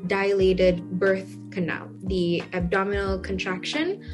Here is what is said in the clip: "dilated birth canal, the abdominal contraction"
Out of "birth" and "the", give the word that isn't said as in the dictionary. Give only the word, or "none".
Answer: none